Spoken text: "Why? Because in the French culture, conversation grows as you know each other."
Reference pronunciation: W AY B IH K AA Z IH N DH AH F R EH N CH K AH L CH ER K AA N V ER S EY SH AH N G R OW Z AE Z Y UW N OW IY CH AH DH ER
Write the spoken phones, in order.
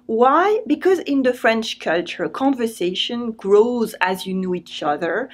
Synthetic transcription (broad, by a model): W AY B IH K AA Z IH N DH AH F R EH N CH K AH L CH ER K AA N V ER S EY SH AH N G R OW Z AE Z Y UW N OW IY CH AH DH ER